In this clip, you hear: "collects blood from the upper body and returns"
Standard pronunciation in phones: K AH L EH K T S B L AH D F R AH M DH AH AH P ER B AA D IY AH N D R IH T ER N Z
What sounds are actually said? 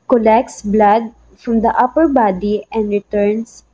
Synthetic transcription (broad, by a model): K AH L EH K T S B L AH D F R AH M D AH AH P ER B AA D IY AH N D R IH T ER N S